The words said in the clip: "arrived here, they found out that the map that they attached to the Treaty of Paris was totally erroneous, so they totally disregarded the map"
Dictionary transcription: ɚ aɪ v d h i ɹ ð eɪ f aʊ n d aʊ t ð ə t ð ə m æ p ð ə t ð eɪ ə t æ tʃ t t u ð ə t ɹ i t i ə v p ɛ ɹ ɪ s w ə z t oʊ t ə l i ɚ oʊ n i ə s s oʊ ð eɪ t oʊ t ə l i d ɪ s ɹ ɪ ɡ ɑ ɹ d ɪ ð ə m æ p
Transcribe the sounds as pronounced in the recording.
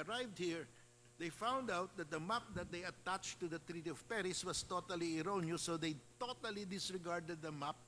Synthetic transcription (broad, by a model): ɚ aɪ v d h i ɹ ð eɪ f aʊ n d aʊ t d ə t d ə m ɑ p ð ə t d eɪ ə t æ tʃ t t u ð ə t ɹ i t i ə v p ɛ ɹ ɪ s w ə s t oʊ t ə l i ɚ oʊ n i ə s s oʊ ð eɪ t oʊ t ə l i d ɪ s ɹ ɪ ɡ ɑ ɹ d ɪ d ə m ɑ p